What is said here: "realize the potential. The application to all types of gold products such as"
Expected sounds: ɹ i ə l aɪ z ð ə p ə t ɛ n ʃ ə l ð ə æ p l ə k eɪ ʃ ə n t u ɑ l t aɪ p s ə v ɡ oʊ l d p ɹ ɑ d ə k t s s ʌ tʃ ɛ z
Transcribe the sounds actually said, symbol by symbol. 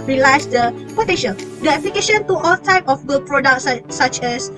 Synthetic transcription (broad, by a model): ɹ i l aɪ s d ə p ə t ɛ ʃ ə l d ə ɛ p l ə k eɪ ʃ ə n t u ɑ l t aɪ p ə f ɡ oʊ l p ɹ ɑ d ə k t s s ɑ tʃ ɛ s